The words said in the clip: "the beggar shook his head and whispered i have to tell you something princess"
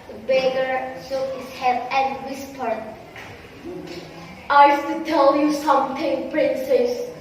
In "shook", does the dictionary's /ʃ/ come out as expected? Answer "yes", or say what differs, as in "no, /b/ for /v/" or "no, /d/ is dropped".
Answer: no, /s/ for /ʃ/